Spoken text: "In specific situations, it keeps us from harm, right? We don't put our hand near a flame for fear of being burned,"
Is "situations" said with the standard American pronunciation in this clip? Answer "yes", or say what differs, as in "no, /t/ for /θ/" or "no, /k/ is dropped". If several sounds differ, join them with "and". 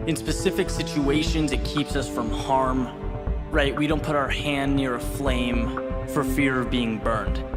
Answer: yes